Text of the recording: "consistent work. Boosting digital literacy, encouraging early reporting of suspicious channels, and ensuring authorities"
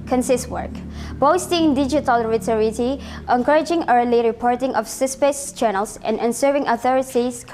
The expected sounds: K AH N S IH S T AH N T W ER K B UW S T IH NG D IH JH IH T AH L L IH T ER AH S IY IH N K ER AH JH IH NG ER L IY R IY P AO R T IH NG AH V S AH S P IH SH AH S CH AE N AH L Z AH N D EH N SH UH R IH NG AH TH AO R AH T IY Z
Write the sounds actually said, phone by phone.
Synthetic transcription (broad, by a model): K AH N S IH S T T W ER K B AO S T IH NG D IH JH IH T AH L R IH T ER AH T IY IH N K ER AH JH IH NG ER L IY R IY P AO R T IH NG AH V S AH S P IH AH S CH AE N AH L S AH N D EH N S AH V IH NG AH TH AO R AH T IY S